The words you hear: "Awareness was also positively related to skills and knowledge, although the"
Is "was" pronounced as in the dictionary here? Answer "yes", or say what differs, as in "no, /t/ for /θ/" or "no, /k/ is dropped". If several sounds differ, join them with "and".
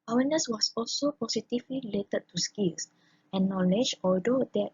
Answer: no, /s/ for /z/